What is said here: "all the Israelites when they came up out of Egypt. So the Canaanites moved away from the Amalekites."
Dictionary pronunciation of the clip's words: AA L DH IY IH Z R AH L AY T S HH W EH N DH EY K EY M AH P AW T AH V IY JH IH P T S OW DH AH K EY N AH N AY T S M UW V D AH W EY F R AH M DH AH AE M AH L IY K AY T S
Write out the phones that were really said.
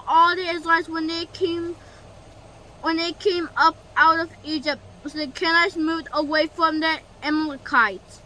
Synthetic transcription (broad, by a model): AA L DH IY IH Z L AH W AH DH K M W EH N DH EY K EY M AH P AW T AH V IY JH IH P T S OW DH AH K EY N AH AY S M UW V D AH W EY F R AH M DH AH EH M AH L K AY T